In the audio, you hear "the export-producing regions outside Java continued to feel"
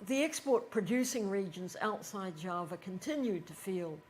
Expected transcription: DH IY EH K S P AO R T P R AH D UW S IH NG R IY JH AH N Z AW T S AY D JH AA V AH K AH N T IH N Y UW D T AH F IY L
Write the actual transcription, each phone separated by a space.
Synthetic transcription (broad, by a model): DH IY EH K S P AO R T P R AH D UW S IH NG R IY JH AH N Z AW T S AY D JH AA V AH K AH N T IH N Y UW D T AH F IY L